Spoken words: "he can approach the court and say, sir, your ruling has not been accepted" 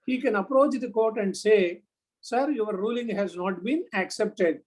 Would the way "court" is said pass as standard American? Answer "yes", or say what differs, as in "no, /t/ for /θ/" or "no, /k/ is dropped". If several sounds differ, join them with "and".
yes